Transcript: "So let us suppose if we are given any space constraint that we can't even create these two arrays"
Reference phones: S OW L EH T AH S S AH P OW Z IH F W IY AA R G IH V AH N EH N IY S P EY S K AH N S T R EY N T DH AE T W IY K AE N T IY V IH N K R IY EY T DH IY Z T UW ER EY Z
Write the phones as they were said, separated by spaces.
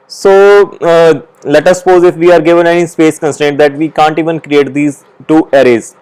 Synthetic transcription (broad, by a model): S OW L EH T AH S S AH P OW Z IH F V IY AA R G IH V AH N EH N IY S P EY S K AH N S T EY N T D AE T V IY K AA N T IY V IH N K R IY EY T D IY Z T UW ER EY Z